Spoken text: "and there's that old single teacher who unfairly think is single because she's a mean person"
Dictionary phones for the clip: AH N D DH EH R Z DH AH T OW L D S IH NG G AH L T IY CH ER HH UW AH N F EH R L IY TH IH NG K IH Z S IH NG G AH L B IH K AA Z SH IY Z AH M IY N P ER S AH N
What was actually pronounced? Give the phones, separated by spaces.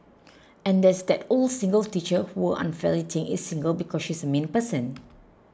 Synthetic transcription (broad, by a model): AH N D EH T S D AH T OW L S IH NG G AH L T IY CH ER HH UW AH N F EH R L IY T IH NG IH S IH NG G AH L B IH K AA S SH IY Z AH M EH N P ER S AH N